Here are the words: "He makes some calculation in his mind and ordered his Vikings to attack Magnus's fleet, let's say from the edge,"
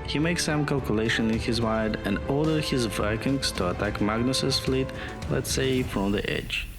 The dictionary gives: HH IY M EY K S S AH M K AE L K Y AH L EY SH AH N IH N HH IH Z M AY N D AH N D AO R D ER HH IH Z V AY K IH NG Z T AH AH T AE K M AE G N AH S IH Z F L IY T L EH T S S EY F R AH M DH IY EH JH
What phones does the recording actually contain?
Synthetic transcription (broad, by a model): HH IY M EY K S S AH M K AE L K Y AH L EY SH AH N IH N HH IH Z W AY D AH N D AO R D ER HH IH Z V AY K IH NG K T AH AH T AE K M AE G N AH S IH S F L IY T L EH T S S EY F R AH M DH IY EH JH